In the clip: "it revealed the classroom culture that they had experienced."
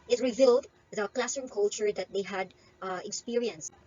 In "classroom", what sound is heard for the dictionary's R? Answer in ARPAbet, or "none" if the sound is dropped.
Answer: none